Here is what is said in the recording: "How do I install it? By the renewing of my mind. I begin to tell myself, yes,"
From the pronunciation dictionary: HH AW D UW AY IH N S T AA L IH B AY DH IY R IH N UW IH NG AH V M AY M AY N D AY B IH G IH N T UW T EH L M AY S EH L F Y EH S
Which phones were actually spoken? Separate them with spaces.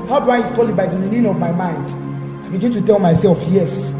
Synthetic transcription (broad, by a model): HH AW D UW AY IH S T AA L IH B AY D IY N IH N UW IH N AH V M AY M AY N D AY B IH G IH N T UW T EH L M AY S EH L F Y EH S